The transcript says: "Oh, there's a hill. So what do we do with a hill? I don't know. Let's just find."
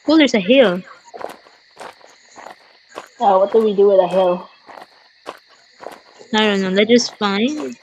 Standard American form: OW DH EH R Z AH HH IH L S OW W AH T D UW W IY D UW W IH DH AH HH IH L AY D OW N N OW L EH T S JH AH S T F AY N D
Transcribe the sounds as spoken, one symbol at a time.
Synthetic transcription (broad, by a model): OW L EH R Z AH HH IH L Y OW W AH T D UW W IY D UW W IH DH AH HH IH L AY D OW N N OW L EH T JH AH S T F AY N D